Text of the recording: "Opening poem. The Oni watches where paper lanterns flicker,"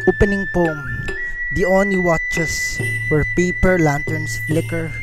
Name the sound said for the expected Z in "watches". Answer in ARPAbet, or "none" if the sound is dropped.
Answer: S